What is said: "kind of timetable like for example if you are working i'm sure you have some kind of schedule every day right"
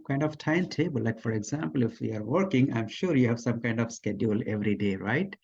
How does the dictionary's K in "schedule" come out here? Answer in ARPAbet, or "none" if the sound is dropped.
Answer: K